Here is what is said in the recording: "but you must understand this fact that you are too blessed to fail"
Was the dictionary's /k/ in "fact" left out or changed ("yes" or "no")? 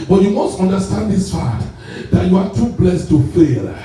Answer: yes